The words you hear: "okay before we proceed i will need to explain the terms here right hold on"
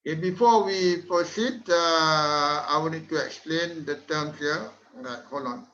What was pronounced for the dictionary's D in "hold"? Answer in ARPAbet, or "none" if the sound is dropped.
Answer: none